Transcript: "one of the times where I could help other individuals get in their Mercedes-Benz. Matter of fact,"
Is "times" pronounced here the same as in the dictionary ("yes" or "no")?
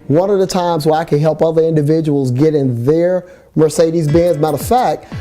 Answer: yes